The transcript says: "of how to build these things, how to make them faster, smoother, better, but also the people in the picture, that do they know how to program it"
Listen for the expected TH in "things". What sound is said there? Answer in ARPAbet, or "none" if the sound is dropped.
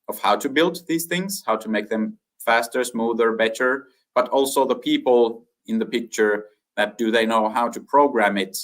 TH